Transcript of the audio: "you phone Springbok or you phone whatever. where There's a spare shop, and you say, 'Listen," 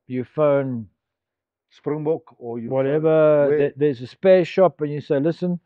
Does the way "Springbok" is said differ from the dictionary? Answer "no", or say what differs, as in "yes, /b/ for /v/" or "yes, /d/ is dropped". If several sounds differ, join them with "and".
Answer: no